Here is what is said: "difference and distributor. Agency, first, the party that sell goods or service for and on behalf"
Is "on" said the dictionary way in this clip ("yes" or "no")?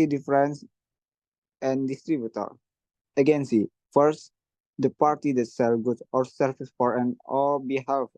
no